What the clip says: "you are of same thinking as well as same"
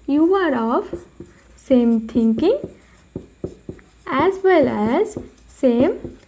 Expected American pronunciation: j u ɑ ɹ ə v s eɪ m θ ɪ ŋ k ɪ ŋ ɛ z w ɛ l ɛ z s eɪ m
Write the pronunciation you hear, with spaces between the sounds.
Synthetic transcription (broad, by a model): j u ɑ ɹ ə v s eɪ m t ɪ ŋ k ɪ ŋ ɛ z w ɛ l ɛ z s eɪ m